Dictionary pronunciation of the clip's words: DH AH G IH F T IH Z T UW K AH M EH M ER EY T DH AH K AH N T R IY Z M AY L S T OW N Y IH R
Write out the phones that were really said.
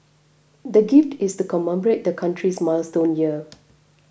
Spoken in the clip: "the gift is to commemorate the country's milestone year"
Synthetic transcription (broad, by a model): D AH G IH F T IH S T UW K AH M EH M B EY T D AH K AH N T R IY S M AY L S T OW N Y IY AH